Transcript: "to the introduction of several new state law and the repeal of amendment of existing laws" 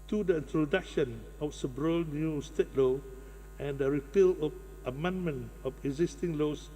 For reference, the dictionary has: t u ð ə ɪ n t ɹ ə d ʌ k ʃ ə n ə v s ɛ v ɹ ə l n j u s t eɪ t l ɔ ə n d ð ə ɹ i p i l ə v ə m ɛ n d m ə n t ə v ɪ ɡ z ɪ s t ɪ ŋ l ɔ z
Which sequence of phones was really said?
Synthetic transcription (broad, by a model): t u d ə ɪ n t ɹ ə d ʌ k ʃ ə n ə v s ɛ b ɹ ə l n j u s t eɪ t l ɔ ə n d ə ɹ i p i l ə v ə m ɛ n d m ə n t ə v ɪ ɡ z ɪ s t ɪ ŋ l ɔ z